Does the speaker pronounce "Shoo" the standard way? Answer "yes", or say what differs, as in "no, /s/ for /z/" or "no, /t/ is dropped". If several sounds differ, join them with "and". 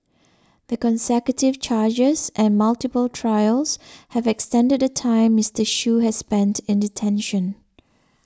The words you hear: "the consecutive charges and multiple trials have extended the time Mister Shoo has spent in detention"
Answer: yes